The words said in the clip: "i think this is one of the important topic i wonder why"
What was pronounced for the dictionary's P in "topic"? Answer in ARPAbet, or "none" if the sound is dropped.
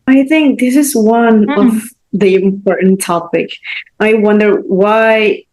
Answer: P